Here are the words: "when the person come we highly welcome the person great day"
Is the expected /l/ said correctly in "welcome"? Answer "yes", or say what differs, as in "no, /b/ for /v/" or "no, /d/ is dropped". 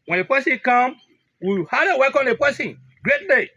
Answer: no, /l/ is dropped